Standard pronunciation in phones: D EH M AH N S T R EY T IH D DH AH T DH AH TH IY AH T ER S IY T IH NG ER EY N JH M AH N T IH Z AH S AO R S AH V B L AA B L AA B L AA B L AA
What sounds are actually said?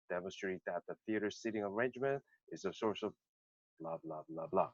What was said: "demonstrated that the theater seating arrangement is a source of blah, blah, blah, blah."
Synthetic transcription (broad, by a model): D EH M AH N S T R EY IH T DH AH T DH AH TH IY AH T ER S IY T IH NG ER EY N JH M AH N T IH Z AH S AO R S AH V B L AA B L AA B L AA B L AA